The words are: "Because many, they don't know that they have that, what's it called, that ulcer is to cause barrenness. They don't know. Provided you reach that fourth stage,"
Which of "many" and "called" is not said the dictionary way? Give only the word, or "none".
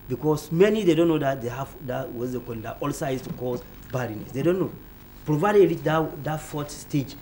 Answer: called